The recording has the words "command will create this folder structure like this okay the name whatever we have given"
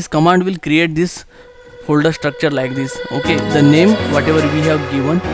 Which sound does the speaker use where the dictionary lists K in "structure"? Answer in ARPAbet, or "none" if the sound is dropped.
K